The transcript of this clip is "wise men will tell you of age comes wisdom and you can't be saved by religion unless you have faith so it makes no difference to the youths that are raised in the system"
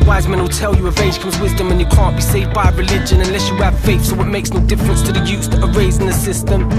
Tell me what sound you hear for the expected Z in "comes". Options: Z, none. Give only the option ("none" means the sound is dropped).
Z